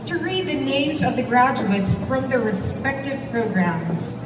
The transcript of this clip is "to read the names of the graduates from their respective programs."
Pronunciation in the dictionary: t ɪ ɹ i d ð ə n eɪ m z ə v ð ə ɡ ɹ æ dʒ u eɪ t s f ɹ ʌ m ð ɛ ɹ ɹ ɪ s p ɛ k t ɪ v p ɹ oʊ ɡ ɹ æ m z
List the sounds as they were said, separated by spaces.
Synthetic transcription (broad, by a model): t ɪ ɹ i d ð ə n eɪ m z ə v ð ə ɡ ɹ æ dʒ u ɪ t s f ɹ ʌ m ð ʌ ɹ ɹ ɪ s p ɛ k t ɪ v p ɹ oʊ ɡ ɹ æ m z